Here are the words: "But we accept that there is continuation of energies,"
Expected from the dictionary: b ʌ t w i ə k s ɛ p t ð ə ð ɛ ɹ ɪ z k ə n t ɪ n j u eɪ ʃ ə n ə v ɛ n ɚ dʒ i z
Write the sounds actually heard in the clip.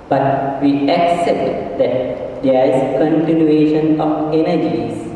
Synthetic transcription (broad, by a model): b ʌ t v i ə k s ɛ p t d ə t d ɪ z k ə n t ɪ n j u eɪ ʃ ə n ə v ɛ n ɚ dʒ i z